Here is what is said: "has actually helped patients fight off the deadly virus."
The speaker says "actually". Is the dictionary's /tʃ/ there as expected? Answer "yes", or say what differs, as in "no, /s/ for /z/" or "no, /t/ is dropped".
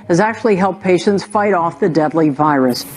yes